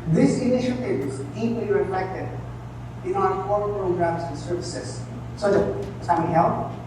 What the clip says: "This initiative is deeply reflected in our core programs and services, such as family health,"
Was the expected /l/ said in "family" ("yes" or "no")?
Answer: no